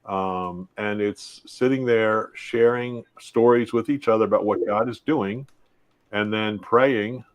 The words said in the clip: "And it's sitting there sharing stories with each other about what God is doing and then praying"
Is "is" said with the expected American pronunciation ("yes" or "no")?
yes